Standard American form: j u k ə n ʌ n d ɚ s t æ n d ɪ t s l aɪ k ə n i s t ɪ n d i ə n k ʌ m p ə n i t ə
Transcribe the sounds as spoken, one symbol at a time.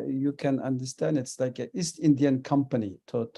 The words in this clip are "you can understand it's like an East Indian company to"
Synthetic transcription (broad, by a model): j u k ə n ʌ n d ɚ s t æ n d ɪ t s l aɪ k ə i s t ɪ n d i ə n k ʌ m p ə n i t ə